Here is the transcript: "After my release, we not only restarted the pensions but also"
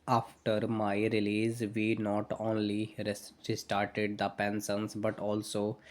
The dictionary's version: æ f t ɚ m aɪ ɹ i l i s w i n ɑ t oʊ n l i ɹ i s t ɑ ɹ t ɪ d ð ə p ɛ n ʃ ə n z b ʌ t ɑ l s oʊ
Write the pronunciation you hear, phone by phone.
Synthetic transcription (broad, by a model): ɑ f t ɚ m aɪ ɹ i l i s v i n ɑ t oʊ n l i ɹ i s t ɑ ɹ t ɪ d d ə p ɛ n s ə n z b ʌ t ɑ l s oʊ